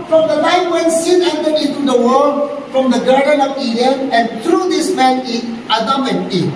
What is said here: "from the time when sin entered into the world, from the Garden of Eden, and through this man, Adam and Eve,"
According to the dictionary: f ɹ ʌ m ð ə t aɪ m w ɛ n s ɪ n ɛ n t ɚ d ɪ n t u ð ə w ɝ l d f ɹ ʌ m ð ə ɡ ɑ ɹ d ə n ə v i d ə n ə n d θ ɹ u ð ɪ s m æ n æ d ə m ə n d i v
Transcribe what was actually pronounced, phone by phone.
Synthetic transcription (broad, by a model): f ɹ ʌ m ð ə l aɪ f w ɛ n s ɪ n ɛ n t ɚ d ɪ n t u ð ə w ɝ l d f ɹ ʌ m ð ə ɡ ɑ ɹ d ə n ə v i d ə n ə n d t ɹ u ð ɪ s m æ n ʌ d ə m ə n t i